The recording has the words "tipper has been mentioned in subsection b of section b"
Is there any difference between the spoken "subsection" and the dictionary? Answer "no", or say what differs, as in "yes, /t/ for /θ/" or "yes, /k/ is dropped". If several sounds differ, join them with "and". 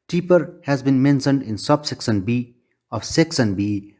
yes, /s/ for /ʃ/